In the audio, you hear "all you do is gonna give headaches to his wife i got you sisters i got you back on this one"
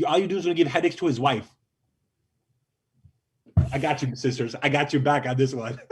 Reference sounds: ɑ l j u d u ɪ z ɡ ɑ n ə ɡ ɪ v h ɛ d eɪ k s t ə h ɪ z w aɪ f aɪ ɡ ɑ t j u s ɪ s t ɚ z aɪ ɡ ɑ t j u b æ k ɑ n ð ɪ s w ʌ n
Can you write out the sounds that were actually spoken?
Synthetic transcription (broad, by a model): ɑ l j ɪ d u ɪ z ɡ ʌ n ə ɡ ɪ v h ɛ d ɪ k s t ə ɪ z w aɪ f aɪ ɡ ɑ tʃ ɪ s ɪ s t ɚ z aɪ ɡ ɑ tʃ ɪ b æ k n ð ɪ s w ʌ n